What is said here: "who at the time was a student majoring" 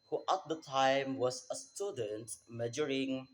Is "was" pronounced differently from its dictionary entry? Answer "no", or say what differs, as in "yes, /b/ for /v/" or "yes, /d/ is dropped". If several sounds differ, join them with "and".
yes, /s/ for /z/